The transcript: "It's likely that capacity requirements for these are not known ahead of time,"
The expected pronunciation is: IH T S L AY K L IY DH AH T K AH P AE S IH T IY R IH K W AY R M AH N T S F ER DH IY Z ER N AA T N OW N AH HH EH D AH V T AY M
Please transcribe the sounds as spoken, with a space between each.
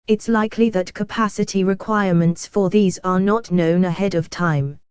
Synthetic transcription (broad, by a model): IH T S L AY K L IY DH AH T K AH P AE S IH T IY R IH K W AY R M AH N T S F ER DH IY Z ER N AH T N OW N AH HH EH D AH V T AY M